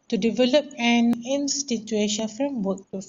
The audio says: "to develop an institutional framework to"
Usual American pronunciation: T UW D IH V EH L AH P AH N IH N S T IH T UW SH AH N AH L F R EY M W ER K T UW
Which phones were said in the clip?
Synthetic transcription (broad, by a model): T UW D IH V EH L AH P AH N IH N S T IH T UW AH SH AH N F R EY M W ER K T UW